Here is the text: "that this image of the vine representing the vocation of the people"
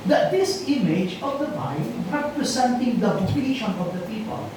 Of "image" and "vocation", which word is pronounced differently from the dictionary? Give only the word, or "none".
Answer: vocation